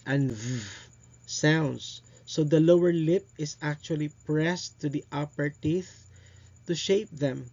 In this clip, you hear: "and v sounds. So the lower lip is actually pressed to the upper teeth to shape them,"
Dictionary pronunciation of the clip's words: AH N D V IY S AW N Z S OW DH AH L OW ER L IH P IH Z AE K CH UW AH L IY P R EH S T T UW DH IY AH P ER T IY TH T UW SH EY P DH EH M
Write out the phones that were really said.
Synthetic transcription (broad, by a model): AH N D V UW S AW N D S OW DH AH L OW ER L IH P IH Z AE K CH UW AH L IY P R EH S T T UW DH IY AH P ER T IY TH T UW SH EY P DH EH M